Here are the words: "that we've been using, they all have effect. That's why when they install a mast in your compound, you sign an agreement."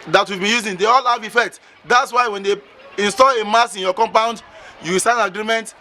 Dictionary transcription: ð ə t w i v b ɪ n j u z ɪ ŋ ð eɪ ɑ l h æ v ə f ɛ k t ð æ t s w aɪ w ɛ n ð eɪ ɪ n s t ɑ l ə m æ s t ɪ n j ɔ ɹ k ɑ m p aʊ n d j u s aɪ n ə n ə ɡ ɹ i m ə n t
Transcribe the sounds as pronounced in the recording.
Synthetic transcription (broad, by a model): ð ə t w i v b ɪ n j u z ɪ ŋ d eɪ ɑ l h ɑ v ə f ɛ k t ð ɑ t s w aɪ w ɛ n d eɪ ɪ n s t ɑ l ə m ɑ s ɪ n j ɔ k ɑ m p aʊ n d j u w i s ə n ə ɡ ɹ i m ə n t